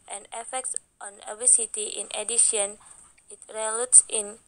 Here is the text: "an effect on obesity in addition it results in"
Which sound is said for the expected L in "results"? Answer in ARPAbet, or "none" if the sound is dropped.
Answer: none